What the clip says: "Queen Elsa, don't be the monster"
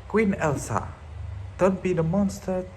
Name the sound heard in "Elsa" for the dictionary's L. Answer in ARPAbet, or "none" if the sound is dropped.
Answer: L